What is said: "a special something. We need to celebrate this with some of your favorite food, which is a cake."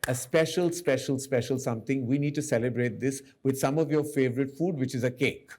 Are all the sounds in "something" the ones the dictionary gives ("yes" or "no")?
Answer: no